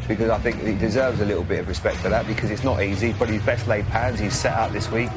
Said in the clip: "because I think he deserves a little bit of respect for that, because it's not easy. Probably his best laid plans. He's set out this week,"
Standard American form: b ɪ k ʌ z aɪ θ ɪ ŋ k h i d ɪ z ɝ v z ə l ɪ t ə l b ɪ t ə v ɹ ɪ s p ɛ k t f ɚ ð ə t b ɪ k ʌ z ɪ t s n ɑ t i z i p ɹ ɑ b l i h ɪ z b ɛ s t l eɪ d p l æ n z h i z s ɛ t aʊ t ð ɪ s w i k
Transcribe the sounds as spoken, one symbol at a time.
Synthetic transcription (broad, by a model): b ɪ k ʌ z aɪ θ ɪ ŋ k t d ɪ z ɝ v z ə l ɪ t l b ɪ t ə v ɹ ɪ s p ɛ k t f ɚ ð ə t b ɪ k ʌ z ɪ t s n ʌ t i z i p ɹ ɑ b i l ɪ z b ɛ s t l eɪ d p æ n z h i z s ɛ t aʊ t ð ɪ s w i k